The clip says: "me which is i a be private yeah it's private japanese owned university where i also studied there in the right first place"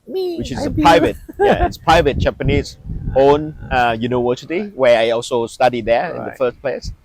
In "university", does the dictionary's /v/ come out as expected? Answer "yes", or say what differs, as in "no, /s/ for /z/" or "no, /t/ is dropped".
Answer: no, /w/ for /v/